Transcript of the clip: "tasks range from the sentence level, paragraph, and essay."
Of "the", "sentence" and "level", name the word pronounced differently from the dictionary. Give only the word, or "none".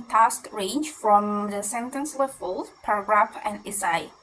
level